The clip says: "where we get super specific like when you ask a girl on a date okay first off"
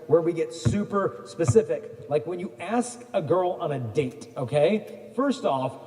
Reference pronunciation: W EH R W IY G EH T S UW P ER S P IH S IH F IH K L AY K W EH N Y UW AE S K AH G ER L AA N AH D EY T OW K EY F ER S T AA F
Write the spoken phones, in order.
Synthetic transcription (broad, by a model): W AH R W IY G EH T S UW P ER S P IH S IH F IH K L AY K W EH N Y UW AE S K AH G ER L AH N AH D EY T OW K EY F ER S T AA F